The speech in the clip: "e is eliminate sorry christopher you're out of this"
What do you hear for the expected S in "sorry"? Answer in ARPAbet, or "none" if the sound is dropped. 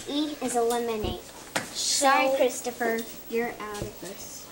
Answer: SH